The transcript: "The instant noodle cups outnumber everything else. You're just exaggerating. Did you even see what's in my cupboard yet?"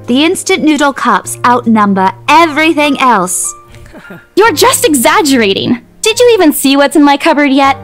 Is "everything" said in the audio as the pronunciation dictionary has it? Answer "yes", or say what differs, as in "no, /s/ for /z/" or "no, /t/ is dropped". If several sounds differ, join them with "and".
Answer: yes